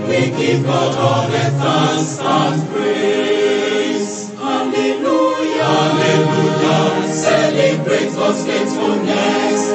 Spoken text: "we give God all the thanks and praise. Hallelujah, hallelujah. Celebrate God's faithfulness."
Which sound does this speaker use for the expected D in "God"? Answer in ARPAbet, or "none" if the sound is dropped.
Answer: none